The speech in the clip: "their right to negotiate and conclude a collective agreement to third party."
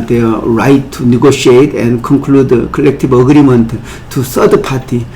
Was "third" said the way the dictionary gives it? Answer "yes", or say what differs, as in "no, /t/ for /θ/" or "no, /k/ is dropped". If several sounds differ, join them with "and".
no, /s/ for /θ/